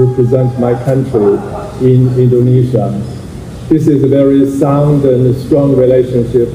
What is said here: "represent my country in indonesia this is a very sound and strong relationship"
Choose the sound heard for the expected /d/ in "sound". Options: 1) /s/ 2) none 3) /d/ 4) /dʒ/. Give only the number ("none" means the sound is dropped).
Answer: 3